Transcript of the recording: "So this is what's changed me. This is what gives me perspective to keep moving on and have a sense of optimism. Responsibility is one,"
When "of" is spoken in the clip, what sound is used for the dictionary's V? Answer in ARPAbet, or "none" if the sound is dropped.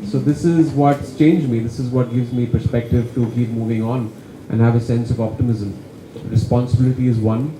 V